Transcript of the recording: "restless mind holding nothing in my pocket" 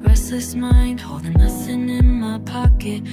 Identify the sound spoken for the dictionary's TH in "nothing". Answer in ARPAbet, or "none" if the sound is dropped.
S